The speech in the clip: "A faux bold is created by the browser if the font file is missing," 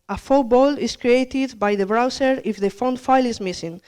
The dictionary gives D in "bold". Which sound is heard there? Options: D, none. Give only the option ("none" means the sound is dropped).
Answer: none